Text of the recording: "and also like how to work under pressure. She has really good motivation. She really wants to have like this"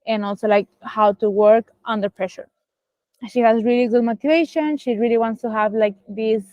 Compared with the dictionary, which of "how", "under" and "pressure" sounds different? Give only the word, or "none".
none